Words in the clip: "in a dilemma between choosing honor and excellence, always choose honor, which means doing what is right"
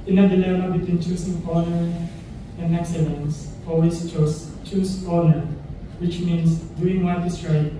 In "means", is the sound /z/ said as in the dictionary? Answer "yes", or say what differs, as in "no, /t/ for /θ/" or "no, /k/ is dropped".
no, /s/ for /z/